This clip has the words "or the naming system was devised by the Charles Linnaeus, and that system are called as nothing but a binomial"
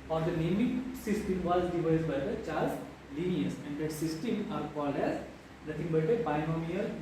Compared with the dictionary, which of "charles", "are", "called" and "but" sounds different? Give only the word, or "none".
charles